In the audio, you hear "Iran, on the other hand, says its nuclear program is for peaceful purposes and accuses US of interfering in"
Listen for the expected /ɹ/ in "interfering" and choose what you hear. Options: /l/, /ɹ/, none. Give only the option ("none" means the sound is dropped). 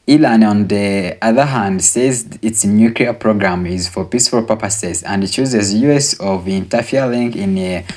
/l/